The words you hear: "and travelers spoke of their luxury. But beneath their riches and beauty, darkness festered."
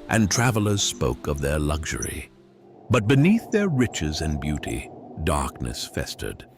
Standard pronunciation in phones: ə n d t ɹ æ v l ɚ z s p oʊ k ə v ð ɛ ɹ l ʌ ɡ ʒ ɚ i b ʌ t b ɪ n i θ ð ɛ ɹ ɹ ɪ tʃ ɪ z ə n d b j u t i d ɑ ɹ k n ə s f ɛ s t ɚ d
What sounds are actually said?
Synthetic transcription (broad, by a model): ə n t ɹ æ v l ɚ z s p oʊ k ə v ð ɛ ɹ l ʌ ɡ ʒ ɚ i b ʌ t b ɪ n i θ ð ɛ ɹ ɹ ɪ tʃ ɪ z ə n b j u t i d ɑ ɹ k n ə s f ɛ s t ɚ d